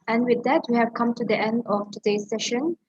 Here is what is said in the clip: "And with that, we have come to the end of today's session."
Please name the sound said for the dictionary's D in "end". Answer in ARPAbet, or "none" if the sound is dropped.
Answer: D